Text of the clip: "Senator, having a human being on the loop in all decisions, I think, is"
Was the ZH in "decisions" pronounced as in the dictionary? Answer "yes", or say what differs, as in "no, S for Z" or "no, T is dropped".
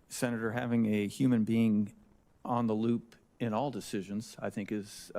yes